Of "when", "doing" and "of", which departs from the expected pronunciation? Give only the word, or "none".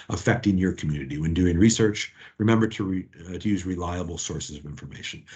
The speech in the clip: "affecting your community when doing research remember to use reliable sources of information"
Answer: none